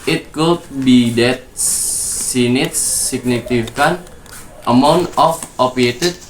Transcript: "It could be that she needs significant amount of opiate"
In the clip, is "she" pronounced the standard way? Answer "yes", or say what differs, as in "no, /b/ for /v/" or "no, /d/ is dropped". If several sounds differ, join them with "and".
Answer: no, /s/ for /ʃ/